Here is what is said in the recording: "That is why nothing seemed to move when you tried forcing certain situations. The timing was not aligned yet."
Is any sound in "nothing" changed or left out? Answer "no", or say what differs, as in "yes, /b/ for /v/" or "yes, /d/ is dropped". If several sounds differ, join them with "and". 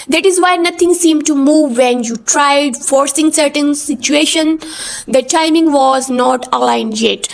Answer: yes, /t/ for /θ/